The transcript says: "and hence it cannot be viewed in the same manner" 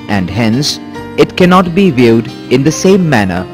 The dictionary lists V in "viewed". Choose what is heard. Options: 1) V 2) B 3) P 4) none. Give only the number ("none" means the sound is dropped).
1